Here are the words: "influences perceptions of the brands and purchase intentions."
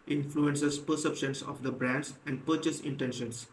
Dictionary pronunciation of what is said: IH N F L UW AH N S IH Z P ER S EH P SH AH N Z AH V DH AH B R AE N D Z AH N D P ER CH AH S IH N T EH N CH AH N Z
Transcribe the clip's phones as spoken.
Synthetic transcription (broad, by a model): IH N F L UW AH N S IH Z P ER S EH P SH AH N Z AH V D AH B R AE N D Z AH N D P ER CH AH S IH N T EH N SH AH N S